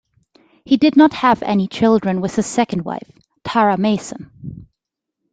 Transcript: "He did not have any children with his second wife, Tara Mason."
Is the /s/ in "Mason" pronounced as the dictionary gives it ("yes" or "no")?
yes